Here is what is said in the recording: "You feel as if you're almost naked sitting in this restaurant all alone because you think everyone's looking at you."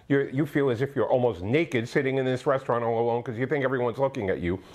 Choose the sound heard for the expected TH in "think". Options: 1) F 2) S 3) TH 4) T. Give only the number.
3